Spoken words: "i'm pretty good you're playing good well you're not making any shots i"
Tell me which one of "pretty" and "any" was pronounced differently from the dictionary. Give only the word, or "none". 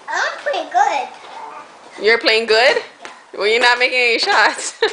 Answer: pretty